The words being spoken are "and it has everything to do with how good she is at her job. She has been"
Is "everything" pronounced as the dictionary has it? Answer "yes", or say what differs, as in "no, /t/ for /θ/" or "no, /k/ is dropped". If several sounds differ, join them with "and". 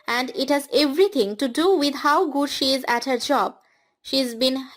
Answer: no, /t/ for /θ/